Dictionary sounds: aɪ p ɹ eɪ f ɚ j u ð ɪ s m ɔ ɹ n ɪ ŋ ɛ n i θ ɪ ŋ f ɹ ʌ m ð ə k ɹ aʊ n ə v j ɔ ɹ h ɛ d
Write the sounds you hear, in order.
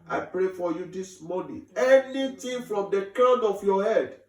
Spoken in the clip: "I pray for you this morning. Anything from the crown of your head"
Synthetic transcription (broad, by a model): aɪ p ɹ eɪ f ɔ j u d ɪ s m ɔ n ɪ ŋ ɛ n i t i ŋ f ɹ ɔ m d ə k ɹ aʊ n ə f j ɔ h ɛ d